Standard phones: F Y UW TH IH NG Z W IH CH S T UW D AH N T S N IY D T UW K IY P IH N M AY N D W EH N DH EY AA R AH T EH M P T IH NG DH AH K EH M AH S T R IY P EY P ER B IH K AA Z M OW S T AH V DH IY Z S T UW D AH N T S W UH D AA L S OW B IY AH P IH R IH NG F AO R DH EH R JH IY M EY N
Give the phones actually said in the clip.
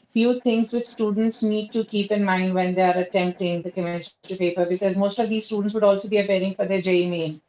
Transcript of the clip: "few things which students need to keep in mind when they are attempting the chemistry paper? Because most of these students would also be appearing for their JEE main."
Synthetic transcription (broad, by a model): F Y UW T IH NG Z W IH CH S T UW D AH N T S N IY D T UW K IY P IH N M AY N D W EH N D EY AA R AH T EH M P T IH NG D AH K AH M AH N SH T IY P EY P ER B IH K AA Z M OW S T AH V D IY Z S T UW D AH N T S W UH D AA L S OW B IY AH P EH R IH NG F AO R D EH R JH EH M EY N